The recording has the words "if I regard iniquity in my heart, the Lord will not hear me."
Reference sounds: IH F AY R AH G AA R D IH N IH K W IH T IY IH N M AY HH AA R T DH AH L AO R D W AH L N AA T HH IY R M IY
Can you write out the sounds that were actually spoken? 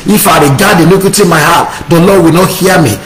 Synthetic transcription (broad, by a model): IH F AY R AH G AA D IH L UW K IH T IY M AY HH AA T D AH L AO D W AH L N AA T HH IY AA M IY